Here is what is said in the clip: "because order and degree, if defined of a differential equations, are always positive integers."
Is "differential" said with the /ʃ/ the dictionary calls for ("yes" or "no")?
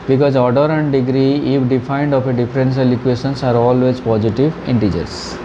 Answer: no